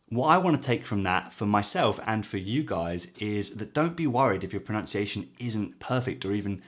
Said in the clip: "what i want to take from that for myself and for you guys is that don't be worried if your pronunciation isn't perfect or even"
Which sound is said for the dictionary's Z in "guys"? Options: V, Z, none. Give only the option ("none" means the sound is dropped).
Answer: Z